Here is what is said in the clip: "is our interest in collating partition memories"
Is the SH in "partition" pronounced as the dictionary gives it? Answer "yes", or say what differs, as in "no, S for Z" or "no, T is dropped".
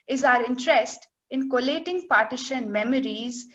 yes